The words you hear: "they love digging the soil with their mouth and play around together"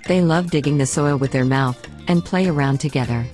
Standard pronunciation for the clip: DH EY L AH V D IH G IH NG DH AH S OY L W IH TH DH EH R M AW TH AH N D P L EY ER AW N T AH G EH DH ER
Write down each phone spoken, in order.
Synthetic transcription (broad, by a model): DH EY L AH V D IH G IH NG DH AH S OY L W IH DH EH R M AW TH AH N P L EY ER AW N T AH G EH DH ER